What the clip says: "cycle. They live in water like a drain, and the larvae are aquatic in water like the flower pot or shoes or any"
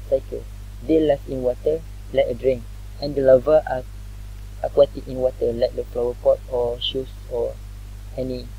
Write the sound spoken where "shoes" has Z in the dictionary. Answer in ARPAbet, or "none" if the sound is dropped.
S